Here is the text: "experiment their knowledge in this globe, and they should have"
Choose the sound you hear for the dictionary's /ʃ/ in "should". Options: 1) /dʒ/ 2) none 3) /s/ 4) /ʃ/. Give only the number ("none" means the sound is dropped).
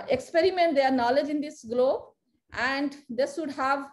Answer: 3